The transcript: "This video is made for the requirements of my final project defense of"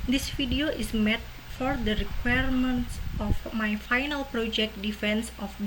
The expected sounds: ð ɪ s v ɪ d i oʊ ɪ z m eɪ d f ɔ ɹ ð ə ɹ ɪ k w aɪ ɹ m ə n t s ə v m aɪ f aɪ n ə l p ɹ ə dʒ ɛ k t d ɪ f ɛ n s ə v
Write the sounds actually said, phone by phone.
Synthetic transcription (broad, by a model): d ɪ s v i d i oʊ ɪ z m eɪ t f ɔ ɹ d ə ɹ ɪ k w aɪ ɹ m ə n t s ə f m aɪ f aɪ n ə l p ɹ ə dʒ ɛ k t d ɪ f ɛ n s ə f